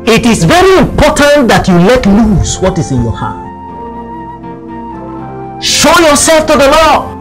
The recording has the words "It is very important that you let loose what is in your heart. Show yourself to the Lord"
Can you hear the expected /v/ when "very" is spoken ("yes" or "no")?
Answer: yes